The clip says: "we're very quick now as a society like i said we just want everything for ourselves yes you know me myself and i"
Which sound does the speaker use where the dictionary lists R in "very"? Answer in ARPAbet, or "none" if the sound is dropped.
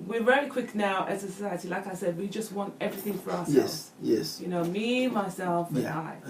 L